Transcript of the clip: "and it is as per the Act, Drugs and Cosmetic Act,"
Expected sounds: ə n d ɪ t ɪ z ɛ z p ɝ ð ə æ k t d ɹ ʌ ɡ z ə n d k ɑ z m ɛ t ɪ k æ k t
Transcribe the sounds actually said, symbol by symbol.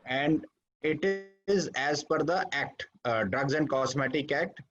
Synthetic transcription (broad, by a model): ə n d ɪ t ɪ z ɛ z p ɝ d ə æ k t d ɹ ʌ ɡ z ə n d k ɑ s m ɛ t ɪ k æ k t